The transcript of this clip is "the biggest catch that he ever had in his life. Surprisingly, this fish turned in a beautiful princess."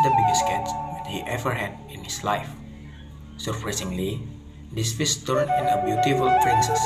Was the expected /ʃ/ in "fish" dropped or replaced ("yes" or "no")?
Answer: yes